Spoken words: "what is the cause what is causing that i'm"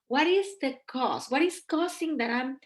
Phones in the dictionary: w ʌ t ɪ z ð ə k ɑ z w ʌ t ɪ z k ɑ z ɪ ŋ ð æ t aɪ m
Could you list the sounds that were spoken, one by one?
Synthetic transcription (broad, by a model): w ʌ t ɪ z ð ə k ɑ s w ʌ t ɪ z k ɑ s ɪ ŋ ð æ t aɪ m